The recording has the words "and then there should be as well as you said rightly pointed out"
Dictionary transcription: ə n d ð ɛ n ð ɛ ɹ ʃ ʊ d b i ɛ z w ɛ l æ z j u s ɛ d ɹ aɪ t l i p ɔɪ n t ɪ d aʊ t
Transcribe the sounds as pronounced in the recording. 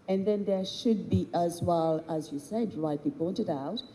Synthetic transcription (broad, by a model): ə n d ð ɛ n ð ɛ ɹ ʃ ʊ d b i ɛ z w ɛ l æ z j u s ɛ d ɹ aɪ t l i p ɔɪ n t ɪ d aʊ t